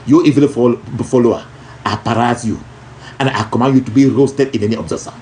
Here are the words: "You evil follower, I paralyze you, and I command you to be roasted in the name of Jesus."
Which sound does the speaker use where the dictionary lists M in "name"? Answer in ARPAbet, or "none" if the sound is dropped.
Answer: none